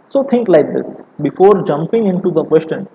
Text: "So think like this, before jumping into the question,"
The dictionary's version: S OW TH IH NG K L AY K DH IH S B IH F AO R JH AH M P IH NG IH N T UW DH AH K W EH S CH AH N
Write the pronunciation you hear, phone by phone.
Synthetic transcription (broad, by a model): S OW T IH NG K L AY K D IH S B IH F AO R JH AH M P IH NG IH N T UW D AH K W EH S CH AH N